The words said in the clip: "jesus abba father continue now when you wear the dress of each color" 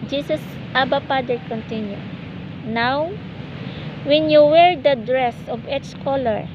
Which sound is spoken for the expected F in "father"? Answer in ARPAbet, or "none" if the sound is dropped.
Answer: P